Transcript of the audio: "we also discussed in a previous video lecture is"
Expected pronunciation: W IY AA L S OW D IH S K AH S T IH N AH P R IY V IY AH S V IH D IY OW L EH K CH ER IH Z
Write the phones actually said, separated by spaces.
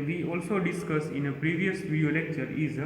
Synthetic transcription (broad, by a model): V IY AA L S OW D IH S K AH S IH N AH P R IY V IY AH S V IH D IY OW L EH K CH ER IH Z